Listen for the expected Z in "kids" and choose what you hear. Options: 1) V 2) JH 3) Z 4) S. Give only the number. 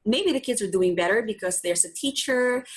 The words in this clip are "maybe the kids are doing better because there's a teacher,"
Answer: 3